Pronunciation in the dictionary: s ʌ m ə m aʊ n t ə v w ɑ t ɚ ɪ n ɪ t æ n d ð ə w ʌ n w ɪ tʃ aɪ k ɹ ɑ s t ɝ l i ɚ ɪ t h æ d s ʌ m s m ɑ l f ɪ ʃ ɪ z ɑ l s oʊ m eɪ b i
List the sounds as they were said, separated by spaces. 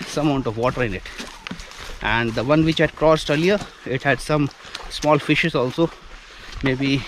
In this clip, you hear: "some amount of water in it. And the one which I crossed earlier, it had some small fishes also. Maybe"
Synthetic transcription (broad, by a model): s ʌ m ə ʊ n t ə v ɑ t ɚ ɪ n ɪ t æ n d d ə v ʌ n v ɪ tʃ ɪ k ɹ ɑ s t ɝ l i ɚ ɪ t h æ d s ʌ m s m ɑ l f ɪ ʃ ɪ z ɑ l s oʊ m eɪ b i